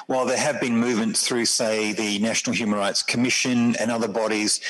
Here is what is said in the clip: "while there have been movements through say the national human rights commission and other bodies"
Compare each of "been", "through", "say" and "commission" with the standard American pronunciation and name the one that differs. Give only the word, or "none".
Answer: none